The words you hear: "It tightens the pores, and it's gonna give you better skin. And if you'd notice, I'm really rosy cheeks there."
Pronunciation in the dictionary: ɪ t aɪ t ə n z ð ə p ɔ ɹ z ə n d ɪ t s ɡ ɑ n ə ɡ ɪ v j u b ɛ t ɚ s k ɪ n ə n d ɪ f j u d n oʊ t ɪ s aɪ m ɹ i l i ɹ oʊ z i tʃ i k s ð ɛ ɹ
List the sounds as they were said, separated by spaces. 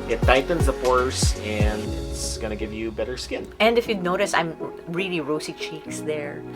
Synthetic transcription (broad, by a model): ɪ t aɪ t n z ð ə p ɔ ɹ s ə n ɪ ɪ t s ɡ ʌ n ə ɡ ɪ v j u b ɛ t ɚ s k ɪ n ə n d ɪ f j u d n oʊ t ɪ s aɪ m ɹ i l i ɹ oʊ s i tʃ i k s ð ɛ ɹ